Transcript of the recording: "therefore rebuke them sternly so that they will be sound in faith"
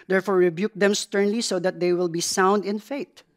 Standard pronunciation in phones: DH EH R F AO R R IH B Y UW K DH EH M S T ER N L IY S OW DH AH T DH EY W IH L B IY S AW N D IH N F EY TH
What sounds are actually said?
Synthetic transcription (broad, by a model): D EH R F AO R R IH B Y UW K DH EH M S T ER N L IY S OW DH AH T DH EY W IH L B IY S AW N D IH N F EY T